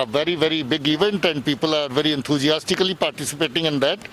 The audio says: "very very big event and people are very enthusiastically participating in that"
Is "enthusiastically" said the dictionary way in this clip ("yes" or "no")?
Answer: no